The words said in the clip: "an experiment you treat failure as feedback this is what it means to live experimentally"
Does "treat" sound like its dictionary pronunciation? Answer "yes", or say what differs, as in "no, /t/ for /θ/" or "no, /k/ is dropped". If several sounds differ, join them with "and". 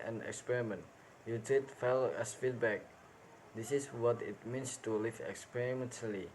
no, /ɹ/ is dropped